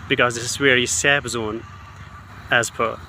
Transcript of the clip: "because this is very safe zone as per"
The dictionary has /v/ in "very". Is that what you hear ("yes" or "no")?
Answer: no